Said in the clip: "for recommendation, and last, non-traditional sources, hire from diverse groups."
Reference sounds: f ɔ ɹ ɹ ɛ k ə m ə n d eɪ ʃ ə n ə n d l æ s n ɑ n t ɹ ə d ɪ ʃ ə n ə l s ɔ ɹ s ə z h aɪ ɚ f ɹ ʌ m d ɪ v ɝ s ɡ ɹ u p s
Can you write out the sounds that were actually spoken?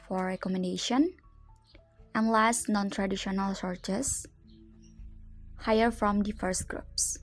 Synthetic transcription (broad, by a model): f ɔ ɹ ɹ ɛ k ə m ə n d eɪ ʃ ə n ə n l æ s n ɑ n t ɹ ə d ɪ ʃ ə n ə l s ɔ ɹ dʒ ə s h aɪ ɚ f ɹ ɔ m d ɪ f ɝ s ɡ ɹ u p s